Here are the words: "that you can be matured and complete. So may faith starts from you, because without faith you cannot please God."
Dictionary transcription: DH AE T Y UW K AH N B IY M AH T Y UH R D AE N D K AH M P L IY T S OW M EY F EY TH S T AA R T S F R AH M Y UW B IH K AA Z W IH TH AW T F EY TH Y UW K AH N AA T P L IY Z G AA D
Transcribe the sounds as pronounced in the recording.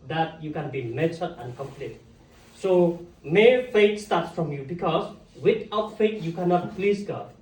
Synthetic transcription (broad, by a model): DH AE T Y UW K AH N B IY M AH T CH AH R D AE N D K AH M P L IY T S OW M EY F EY T S T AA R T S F R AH M Y UW B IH K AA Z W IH T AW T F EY T Y UW K AH N AA T P L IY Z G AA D